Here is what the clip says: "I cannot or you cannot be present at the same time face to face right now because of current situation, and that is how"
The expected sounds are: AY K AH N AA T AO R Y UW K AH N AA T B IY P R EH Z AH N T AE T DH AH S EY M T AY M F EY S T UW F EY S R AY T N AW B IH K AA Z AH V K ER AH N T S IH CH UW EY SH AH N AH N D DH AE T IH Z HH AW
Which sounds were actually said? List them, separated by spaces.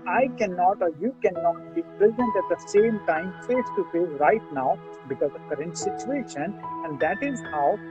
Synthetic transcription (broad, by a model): AY K AH N AA T AO R Y UW K AH N AA T B IY P R EH Z AH N T AE T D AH S EY M T AY M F EY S T UW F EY R AY T N AW B IH K AA Z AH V K ER AH N T S IH CH UW EY SH AH N AH N D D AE T IH Z HH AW